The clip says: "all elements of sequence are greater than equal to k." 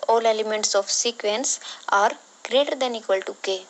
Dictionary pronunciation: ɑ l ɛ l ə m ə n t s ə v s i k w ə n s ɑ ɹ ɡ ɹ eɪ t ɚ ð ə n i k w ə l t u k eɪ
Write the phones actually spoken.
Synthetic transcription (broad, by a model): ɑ l ɛ l ə m ə n t s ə f s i k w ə n s ɑ ɹ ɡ ɹ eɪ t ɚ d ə n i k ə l t u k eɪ